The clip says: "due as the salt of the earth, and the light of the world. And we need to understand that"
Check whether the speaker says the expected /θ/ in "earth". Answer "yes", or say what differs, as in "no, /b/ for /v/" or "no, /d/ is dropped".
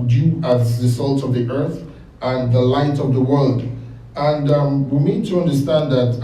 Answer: yes